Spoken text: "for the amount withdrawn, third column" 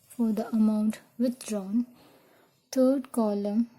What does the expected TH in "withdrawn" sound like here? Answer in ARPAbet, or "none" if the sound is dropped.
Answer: T